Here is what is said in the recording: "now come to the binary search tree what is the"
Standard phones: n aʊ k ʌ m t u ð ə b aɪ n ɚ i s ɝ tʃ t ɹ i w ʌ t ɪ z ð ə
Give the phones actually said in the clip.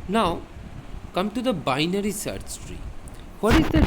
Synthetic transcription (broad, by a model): n aʊ k ʌ m t u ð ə b aɪ n ɚ i s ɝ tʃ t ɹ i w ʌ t ɪ z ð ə